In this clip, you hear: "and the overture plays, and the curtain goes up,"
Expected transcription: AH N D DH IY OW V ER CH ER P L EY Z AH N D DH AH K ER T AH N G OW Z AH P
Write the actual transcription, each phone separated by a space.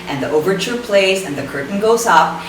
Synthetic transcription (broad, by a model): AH N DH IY OW V ER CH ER P L EY Z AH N DH AH K ER T N G OW Z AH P